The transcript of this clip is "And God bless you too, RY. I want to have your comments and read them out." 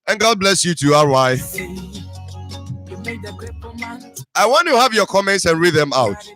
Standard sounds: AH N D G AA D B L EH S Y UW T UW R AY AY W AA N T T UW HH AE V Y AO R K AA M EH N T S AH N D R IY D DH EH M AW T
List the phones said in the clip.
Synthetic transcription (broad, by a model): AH N G AA D B L EH S Y UW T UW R AY AY W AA N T T UW HH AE V Y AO K AA M EH N T S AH N R IY D DH EH M AW T